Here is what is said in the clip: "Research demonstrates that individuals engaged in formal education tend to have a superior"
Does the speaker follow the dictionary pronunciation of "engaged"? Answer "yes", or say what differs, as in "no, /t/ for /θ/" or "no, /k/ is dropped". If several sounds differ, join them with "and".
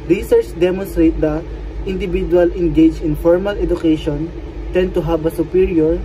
no, /d/ is dropped